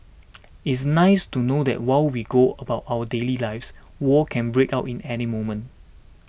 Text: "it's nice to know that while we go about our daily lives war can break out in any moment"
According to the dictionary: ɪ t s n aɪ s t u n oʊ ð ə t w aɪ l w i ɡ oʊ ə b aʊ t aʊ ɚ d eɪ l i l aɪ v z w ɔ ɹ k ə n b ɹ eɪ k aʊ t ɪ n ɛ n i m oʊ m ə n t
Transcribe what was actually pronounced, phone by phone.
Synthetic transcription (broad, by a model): ɪ t s n aɪ s t u n oʊ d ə t w aɪ l w i ɡ oʊ ə b aʊ t aʊ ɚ d eɪ l i l aɪ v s w ɔ k ə n b ɹ eɪ k aʊ t ɪ n ɛ n i m oʊ m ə n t